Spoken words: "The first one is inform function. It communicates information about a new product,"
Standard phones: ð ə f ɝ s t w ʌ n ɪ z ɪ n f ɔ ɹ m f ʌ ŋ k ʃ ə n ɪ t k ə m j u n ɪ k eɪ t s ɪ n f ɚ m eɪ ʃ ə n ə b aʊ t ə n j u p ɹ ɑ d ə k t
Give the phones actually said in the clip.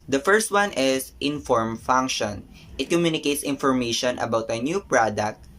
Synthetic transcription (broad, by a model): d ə f ɝ s t w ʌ n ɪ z ɪ n f ɔ ɹ m f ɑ ŋ k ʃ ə n ɪ t k ə m j u n ɪ k eɪ t s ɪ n f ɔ m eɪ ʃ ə n ə b aʊ t ə n j u p ɹ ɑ d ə k t